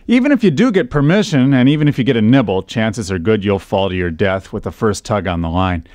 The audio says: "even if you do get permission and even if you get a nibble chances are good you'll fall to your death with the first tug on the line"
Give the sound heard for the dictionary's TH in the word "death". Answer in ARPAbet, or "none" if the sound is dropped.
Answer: TH